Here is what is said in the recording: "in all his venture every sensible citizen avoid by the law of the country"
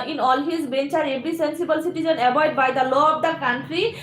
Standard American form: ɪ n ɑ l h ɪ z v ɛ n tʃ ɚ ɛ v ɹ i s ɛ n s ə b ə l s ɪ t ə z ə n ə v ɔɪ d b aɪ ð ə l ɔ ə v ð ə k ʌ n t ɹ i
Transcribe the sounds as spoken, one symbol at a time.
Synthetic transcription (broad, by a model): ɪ n ɑ l h ɪ z b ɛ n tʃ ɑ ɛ b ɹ i s ɛ n s ə b ə l s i t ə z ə n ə b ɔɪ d b aɪ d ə l ɔ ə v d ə k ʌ n t ɹ i